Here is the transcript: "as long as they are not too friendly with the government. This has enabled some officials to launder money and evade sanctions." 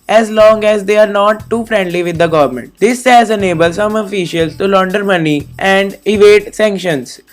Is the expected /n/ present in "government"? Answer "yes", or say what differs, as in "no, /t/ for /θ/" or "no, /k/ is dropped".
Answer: yes